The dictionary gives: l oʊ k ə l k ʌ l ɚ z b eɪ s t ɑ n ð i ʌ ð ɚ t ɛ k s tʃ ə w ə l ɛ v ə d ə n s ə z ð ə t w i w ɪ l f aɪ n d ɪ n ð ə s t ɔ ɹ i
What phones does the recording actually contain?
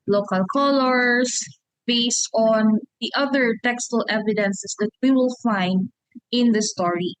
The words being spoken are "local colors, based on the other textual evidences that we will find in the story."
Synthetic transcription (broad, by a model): l oʊ k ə l k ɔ l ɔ s b eɪ s t ɑ n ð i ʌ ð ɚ t ɛ k s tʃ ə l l ɛ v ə d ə n s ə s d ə t w i w ɪ l f aɪ n d ɪ n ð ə s t ɔ ɹ i